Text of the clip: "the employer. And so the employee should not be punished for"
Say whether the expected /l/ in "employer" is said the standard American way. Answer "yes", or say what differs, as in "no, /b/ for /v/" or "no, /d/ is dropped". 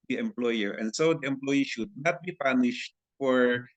yes